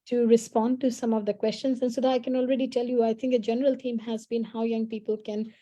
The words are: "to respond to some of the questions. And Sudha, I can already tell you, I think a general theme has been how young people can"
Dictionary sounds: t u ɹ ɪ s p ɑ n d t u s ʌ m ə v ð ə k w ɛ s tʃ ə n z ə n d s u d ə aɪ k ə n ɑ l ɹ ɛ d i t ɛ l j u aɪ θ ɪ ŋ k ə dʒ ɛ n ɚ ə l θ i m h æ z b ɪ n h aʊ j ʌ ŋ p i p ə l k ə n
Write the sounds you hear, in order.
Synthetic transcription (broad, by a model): t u ɹ ɪ s p ɑ n d t u s ʌ m ə v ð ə k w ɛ s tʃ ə n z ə n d s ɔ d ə aɪ k ə n ɑ l ɹ ɛ d i t ɛ l j u aɪ t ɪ ŋ k ə dʒ ɛ n ɚ ə l t i m h æ z b ɪ n h aʊ j ʌ ŋ p i p ə l k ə n